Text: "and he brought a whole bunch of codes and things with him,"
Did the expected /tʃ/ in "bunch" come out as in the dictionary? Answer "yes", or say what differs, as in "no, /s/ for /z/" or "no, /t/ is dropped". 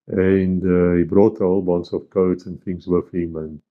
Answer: no, /s/ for /tʃ/